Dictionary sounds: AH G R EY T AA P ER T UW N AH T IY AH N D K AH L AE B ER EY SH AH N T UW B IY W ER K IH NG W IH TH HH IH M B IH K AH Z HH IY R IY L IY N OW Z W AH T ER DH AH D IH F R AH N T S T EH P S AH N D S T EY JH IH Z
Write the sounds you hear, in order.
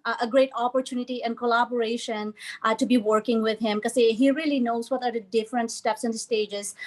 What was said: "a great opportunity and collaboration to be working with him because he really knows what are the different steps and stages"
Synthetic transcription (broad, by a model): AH G R EY T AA P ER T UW N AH T IY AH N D K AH L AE B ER EY SH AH N T UW B IY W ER K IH NG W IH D HH IH M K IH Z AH HH IY R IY L IY N OW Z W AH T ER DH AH D IH F R AH N T S T EH P S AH N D S T EY JH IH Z